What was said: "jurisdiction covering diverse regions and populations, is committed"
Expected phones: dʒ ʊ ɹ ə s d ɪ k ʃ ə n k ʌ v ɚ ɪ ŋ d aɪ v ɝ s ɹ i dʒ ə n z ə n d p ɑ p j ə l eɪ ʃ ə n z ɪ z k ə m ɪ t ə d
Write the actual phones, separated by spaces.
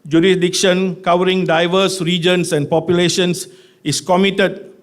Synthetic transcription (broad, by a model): dʒ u ɹ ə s d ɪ k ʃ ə n k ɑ w ɚ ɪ ŋ d aɪ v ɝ s ɹ i dʒ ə n s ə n p ɑ p j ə l eɪ ʃ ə n s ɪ s k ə m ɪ t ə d